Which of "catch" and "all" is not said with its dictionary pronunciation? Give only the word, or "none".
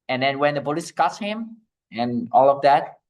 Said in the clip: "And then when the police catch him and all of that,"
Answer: catch